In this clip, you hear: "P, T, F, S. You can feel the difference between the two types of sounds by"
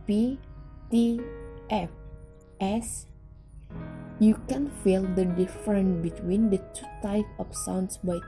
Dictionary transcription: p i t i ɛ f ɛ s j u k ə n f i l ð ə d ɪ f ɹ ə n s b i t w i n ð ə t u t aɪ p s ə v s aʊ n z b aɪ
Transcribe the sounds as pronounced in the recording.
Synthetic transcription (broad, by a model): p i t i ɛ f ɛ s j u k ə n f i l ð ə d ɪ f ɹ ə n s b i t w i n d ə t u t aɪ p ə f s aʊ n s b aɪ